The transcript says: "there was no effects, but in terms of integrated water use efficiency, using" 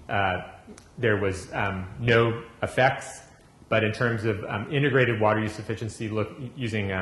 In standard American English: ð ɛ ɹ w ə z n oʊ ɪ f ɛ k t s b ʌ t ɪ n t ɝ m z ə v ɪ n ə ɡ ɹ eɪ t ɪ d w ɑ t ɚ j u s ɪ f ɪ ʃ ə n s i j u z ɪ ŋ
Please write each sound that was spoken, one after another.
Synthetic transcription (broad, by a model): ð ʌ ɹ w ə z n oʊ ɪ f ɛ k t s b ʌ t ɪ n t ɝ m z ə v ɪ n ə ɡ ɹ eɪ t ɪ d w ɑ t ɚ j u s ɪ f ɪ ʃ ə n s i j u z ɪ ŋ